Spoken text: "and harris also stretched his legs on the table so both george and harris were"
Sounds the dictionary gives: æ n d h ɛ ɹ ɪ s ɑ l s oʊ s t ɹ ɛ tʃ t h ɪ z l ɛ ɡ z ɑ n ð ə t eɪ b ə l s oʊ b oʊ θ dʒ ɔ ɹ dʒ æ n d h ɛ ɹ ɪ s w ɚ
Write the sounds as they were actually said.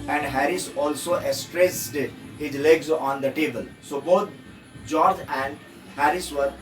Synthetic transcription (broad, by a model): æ n d h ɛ ɹ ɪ s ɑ l s oʊ s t ɹ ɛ s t h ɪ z l ɛ ɡ z ɑ n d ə t eɪ b ə l s oʊ b oʊ t dʒ ɔ ɹ dʒ æ n d h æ ɹ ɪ s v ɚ